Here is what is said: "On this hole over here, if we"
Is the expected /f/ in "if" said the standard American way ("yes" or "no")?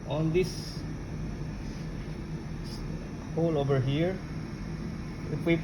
no